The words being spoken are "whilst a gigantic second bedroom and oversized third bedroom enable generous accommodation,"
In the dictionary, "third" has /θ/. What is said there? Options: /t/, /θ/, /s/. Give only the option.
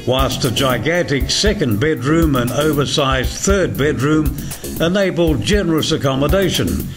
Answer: /θ/